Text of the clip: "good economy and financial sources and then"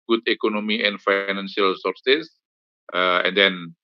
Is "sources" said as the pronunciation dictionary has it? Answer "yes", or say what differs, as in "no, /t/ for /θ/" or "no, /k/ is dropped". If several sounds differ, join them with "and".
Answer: no, /z/ is dropped